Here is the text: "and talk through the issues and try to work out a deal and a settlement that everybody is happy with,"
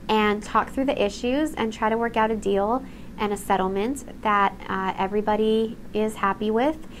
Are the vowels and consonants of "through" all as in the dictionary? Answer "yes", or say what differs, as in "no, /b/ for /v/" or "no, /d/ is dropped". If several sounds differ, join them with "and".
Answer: yes